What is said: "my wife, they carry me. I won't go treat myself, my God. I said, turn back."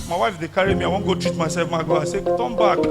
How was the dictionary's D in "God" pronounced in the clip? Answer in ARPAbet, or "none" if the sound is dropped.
none